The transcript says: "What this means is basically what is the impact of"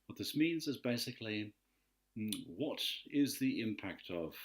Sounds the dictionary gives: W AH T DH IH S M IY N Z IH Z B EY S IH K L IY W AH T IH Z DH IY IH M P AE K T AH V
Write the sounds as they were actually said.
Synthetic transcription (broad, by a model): W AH T DH IH S M IY N Z IH Z B EY S IH K L IY W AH T IH Z DH IY IH M P AE K T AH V